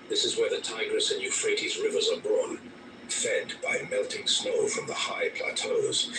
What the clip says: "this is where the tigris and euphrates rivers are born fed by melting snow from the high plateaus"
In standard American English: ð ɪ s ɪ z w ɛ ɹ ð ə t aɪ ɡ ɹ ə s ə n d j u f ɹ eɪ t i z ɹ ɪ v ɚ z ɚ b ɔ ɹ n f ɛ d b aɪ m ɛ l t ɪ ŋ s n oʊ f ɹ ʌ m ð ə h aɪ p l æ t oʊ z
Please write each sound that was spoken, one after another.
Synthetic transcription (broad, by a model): ð ɪ s ɪ z w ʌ ɹ ð ə t aɪ ɡ ɹ ə s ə n j u f ɹ eɪ t i z ɹ ɪ v ɚ z ɚ b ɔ n f ɛ d b aɪ m ɛ l t ɪ ŋ s n oʊ f ɹ ʌ m ð ə h aɪ p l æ t oʊ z